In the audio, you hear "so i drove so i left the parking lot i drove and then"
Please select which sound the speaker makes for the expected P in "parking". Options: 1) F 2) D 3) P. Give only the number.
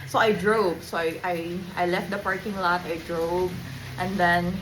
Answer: 3